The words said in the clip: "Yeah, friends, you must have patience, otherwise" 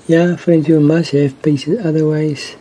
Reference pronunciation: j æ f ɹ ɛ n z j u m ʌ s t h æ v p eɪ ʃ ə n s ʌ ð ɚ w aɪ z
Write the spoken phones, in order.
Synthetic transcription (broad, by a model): j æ f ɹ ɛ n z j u m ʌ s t h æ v p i s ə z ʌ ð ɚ w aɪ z